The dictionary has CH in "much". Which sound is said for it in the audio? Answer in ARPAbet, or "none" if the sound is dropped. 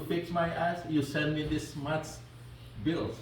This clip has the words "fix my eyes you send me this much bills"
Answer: S